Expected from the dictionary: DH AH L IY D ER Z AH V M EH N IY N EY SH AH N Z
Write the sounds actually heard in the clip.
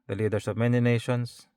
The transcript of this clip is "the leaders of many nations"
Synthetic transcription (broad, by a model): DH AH L IY D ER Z AH V M EH N IY N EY SH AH N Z